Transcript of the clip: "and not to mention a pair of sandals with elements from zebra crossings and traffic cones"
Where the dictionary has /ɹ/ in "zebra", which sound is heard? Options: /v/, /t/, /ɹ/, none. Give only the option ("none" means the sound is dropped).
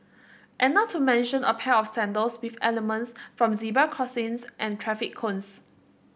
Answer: none